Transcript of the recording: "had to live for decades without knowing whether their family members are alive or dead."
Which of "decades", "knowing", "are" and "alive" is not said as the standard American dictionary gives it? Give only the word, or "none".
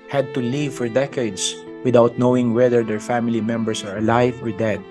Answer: decades